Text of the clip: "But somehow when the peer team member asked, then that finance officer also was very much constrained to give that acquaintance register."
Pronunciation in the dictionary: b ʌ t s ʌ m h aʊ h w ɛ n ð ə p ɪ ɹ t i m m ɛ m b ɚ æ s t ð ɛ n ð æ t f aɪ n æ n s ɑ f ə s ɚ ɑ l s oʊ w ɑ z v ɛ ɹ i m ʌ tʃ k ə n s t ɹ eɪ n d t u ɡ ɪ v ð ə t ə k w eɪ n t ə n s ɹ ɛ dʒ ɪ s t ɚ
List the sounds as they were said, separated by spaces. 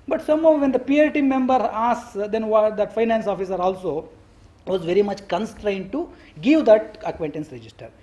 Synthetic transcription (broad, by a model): b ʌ t s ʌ m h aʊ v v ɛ n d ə p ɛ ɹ t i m m ɛ m b ɚ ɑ s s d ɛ n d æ t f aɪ n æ n s ɑ f ə s ɚ ɑ l s oʊ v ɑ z v ɛ ɹ i m ʌ tʃ k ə n s t ɹ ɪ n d t u ɡ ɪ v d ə t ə k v eɪ n t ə n s ɹ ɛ dʒ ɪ s t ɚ